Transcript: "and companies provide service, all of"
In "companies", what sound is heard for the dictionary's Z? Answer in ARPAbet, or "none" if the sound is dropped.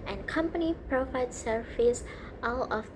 none